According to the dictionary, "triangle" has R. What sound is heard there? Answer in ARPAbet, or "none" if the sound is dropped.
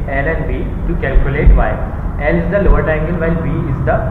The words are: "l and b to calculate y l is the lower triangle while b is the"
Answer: none